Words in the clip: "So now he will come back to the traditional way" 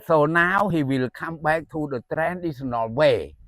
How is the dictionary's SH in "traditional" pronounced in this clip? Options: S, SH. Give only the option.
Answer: S